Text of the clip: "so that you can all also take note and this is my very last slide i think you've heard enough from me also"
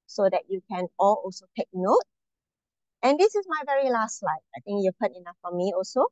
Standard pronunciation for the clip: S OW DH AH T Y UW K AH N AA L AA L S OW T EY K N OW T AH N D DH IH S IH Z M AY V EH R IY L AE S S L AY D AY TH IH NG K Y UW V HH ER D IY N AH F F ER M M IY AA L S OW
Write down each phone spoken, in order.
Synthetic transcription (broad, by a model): S OW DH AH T Y UW K AH N AA L AA L S OW T EY K N OW T AH N D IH S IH S M AY V EH R IY L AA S S L AY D AY T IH NG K Y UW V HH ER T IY N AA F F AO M M IY AA L S OW